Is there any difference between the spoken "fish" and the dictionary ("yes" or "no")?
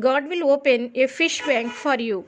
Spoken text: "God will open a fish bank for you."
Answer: no